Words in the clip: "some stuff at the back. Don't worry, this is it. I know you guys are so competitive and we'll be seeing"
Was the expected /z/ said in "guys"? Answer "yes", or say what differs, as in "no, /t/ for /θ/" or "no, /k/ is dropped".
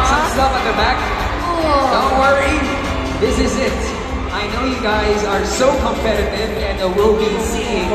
yes